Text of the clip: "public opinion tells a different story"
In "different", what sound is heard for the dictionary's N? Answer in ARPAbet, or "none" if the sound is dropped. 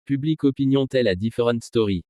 none